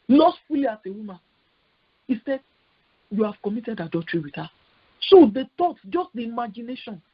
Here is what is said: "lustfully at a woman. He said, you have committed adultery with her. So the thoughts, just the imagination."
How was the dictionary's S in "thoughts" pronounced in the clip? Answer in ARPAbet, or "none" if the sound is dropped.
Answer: none